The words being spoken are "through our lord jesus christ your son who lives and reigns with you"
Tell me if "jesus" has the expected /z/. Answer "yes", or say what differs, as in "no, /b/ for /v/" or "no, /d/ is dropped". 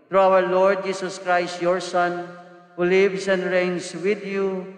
no, /s/ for /z/